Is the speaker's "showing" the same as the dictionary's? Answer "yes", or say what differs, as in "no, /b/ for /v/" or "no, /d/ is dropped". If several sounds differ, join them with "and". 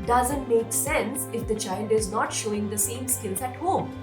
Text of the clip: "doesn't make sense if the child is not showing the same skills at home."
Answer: yes